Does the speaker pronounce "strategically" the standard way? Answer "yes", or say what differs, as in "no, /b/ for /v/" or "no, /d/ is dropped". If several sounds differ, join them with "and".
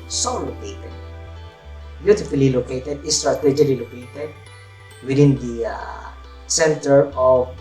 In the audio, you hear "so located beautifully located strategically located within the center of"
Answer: no, /k/ is dropped